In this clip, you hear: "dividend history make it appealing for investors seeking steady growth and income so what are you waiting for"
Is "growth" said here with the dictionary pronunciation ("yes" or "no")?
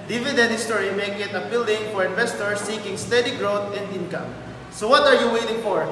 no